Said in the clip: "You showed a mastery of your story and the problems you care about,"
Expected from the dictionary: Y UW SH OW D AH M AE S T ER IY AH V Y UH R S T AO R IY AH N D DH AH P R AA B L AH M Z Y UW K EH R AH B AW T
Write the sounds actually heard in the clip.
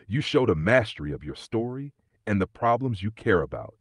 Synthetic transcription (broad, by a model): Y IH SH OW D AH M AE S T ER IY AH V Y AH R S T AO R IY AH N DH AH P R AA B L AH M Z Y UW K EH R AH B AW T